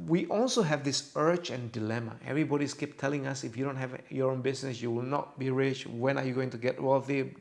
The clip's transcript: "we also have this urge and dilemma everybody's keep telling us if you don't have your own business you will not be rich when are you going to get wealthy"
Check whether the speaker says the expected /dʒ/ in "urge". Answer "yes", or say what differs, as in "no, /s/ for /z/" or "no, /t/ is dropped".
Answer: no, /tʃ/ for /dʒ/